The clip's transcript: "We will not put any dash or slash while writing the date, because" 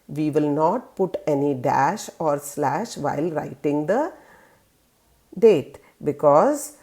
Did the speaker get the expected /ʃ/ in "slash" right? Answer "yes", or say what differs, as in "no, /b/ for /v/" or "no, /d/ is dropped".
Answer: yes